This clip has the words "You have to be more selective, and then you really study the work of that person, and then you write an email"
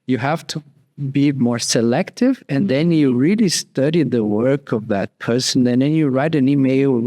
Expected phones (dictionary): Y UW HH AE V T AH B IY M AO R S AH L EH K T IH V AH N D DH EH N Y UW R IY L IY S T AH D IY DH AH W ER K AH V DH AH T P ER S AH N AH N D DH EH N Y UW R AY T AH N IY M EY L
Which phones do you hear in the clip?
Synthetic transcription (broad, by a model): Y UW HH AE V T AH B IY M AO R S AH L EH K T IH V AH N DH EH N Y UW R IY L IY S T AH D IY DH AH W ER K AH V DH AH T P ER S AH N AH N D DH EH N Y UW R AY T AH N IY M EY L